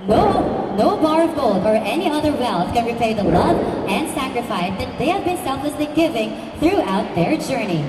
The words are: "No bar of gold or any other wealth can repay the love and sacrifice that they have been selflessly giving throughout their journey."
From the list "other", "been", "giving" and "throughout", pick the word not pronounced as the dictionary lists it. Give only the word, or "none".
none